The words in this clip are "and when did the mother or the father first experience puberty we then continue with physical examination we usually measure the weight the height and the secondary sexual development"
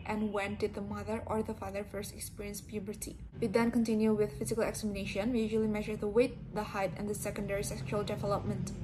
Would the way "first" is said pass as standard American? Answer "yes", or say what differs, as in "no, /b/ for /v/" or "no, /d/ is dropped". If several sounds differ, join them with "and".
yes